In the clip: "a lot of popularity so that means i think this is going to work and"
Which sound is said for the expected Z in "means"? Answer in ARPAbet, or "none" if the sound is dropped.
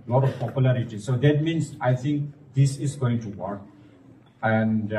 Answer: S